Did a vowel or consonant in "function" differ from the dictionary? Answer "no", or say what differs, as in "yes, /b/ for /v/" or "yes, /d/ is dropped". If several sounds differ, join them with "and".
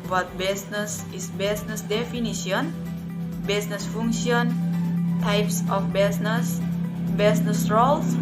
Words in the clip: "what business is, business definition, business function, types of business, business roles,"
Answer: yes, /k/ is dropped